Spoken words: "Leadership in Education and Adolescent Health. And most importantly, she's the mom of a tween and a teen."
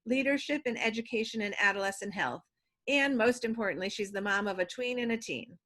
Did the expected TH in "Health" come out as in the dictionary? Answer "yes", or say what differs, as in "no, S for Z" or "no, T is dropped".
yes